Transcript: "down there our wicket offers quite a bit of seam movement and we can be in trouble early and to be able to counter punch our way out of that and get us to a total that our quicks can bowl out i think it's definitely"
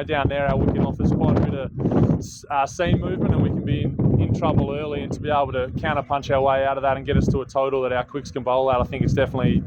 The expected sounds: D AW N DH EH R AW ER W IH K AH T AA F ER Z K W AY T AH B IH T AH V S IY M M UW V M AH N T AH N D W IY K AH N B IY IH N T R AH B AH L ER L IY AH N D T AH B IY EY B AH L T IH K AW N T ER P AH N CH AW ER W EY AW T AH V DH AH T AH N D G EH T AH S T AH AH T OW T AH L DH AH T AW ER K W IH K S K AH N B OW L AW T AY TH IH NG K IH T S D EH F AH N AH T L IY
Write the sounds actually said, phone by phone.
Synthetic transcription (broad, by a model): D AW N DH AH R AW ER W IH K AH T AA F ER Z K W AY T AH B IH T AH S S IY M M UW V M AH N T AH N W IY K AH N B IY IH N T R AH B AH L ER L IY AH N T AH B IY EY B L T IH K AW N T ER P AH N CH AW ER W EY AW T AH V DH AH T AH N G EH T AH S T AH AH T OW T L DH AH T AW ER K W IH K S K AH N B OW L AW T AY TH IH NG K IH T S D EH F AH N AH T L IY